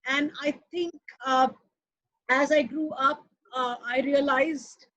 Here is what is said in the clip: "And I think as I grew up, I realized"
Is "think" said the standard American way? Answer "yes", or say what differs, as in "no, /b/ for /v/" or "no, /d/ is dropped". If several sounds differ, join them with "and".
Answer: no, /t/ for /θ/